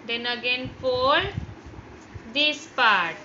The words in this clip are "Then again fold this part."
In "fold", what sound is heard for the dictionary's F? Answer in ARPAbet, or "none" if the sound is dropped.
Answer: P